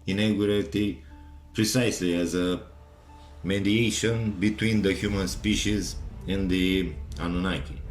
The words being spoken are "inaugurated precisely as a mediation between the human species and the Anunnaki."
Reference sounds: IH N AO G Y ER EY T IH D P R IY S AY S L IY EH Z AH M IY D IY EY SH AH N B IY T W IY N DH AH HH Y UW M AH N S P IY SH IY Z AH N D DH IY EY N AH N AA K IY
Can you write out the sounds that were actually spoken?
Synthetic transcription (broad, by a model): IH N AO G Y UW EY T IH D P R IY S AY S L IY EH Z AH M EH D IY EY SH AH N B IY T W IY N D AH HH Y UW M AH N S P IY SH IY Z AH N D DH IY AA N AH N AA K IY